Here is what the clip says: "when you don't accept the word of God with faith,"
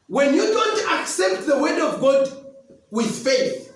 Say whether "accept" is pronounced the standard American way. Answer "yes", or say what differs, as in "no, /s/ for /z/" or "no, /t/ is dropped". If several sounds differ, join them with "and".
yes